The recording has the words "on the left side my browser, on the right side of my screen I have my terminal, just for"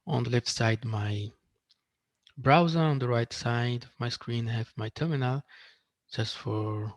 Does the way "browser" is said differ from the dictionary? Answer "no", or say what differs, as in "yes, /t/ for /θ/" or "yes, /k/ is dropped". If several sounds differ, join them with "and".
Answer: no